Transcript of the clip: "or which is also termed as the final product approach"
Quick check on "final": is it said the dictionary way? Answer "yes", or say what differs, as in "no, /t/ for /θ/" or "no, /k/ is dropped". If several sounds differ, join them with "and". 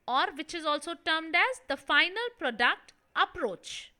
yes